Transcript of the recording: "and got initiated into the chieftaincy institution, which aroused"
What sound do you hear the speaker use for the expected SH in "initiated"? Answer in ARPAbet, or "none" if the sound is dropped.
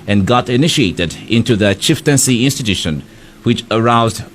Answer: SH